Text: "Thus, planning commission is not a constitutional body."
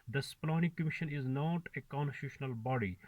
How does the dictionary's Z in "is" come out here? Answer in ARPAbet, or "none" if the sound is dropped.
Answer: Z